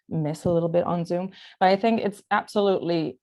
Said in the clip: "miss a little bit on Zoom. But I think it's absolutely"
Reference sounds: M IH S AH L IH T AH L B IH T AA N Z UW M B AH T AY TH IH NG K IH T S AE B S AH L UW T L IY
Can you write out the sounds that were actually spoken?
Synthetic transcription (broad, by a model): M IH S AH L IH T L B IH T N Z UW M B AH T AY TH IH NG K IH T S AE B S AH L UW T L IY